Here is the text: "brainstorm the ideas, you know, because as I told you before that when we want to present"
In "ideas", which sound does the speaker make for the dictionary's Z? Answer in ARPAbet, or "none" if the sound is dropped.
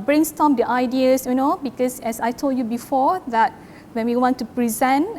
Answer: S